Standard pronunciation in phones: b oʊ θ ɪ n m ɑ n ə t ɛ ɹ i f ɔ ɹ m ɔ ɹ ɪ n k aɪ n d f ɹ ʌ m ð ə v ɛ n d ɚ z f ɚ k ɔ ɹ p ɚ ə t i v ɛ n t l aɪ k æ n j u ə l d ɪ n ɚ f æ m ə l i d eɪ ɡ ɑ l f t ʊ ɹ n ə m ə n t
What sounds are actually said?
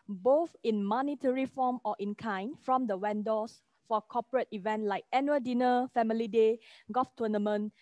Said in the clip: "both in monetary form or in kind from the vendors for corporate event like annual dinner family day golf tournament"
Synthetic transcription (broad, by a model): b oʊ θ ɪ n m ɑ n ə t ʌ ɹ i f ɔ m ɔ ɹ ɪ n k aɪ n f ɹ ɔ m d ə w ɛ n d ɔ s f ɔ k ɔ p ɚ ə t i v ɛ n t l aɪ k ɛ n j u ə d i n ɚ f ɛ m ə l i d eɪ ɡ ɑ f t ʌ n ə m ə n